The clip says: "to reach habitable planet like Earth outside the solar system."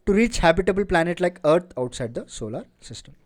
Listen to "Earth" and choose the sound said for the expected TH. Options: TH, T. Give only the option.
T